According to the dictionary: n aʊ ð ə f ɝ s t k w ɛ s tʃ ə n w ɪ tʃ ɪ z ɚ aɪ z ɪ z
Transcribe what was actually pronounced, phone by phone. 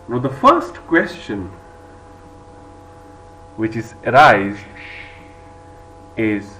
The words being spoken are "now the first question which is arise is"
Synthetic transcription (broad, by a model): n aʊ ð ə f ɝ s t k w ɛ s tʃ ə n w ɪ tʃ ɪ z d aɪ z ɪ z